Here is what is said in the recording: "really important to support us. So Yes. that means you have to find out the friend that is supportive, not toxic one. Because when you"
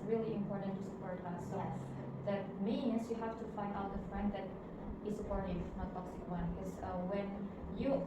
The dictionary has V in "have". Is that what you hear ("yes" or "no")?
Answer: no